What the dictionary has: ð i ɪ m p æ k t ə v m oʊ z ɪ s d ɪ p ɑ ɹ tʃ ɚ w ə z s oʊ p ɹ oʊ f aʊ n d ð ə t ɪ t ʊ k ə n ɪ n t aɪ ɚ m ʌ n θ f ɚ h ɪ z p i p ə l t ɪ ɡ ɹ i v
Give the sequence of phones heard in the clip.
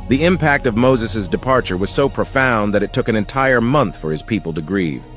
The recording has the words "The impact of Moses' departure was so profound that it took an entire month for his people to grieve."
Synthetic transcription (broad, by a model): ð i ɪ m p æ k t ə v m oʊ z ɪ s d ɪ p ɑ ɹ tʃ ɚ w ə z s oʊ p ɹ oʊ f aʊ n ð ə t ɪ t ʊ k ə n ɪ n t aɪ ɚ m ʌ n θ f ɚ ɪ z p i p l t ɪ ɡ ɹ i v